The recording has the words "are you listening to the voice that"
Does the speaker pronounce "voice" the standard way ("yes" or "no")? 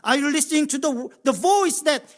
yes